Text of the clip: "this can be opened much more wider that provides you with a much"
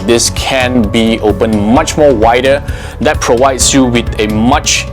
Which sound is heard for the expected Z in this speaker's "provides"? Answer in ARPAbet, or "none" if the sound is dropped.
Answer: S